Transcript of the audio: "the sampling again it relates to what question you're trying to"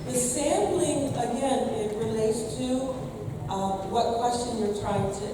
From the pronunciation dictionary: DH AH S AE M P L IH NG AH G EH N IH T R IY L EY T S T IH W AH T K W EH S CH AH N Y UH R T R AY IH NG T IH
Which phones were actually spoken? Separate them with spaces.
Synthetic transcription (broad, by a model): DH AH S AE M B L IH NG AH G EH N IH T R IY L EY T S T IH W AH T K W EH S CH AH N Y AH R T R AY IH NG T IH